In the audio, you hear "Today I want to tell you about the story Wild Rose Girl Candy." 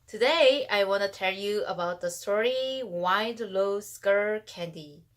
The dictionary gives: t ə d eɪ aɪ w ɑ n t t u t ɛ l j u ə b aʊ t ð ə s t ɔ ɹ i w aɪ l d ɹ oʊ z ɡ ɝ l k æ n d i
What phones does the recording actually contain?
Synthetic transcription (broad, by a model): t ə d eɪ aɪ w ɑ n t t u t ɛ l j u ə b aʊ t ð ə s t ɔ ɹ i w aɪ d l oʊ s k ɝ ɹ k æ n d i